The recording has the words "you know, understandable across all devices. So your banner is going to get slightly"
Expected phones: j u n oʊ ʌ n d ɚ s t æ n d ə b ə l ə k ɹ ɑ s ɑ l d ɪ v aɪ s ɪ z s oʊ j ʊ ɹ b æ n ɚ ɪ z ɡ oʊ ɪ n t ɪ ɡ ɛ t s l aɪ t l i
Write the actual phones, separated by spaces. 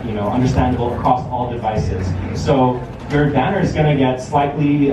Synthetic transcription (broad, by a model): j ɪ n oʊ ʌ n d ɚ s t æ n d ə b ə l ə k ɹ ɑ s ɑ l d ɪ v aɪ s ɪ z s oʊ j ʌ ɹ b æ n ɚ ɪ z ɡ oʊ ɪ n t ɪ ɡ ɛ t s l aɪ t l i